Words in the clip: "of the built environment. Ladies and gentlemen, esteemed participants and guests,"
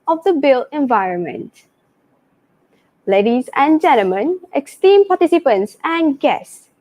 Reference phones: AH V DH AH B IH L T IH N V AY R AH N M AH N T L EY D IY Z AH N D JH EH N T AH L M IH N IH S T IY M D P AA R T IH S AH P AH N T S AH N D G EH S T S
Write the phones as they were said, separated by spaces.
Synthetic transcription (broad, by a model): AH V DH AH B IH L IH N V AY R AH N M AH N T L EY D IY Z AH N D JH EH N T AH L M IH N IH S T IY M P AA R T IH S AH P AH N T S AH N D G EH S S